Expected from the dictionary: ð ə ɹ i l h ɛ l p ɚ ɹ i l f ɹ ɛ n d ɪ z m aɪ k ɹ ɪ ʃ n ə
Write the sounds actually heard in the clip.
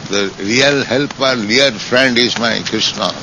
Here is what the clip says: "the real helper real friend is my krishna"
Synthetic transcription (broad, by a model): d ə ɹ i l h ɛ l p ɚ l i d f ɹ ɛ n d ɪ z m aɪ k ɹ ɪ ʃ n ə